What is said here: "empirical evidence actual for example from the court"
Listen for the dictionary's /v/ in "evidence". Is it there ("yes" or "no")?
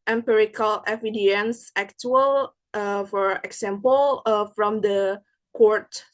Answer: no